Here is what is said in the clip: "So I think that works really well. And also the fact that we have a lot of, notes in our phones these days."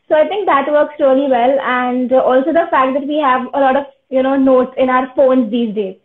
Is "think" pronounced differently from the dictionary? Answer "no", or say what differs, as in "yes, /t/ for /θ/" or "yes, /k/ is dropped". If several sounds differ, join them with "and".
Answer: yes, /t/ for /θ/